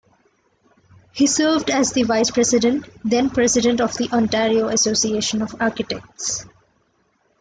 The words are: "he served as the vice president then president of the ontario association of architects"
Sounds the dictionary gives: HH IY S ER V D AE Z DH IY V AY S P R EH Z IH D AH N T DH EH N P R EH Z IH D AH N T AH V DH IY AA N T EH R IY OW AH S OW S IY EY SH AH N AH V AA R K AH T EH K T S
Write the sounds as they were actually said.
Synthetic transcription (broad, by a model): HH IY S ER V D AE Z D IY V AY S P R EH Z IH D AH N T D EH N P R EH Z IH D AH N T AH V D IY AA N T EH R IY OW AH S OW S IY EY SH AH N AH V AA R K AH T EH K T S